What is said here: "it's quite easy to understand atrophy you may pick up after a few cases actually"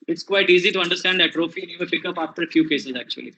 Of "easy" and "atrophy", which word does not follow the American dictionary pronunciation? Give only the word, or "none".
none